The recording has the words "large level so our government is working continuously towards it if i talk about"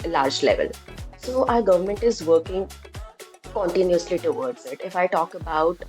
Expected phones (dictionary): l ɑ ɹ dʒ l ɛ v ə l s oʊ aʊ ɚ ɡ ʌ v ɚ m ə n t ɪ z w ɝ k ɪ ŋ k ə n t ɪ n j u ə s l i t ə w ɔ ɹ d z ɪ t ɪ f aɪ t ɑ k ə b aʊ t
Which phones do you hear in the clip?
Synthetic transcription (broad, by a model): l ɑ ɹ dʒ l ɛ v ə l s oʊ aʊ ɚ ɡ ʌ v ɚ m ə n t ɪ z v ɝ k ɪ ŋ k ə n t ɪ n j u ə s l i t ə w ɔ ɹ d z ɪ t ɪ f aɪ t ɑ k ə b aʊ t